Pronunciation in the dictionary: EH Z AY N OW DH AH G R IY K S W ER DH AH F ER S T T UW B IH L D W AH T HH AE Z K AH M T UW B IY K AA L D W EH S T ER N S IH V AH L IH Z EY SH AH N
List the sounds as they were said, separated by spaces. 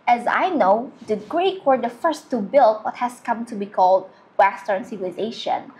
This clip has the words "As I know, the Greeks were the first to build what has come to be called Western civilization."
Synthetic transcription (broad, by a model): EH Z AY N OW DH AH G R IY K W ER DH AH F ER S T T UW B IH L D W AH T HH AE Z K AH M T UW B IY K AA L D W EH S T ER N S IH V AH L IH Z EY SH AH N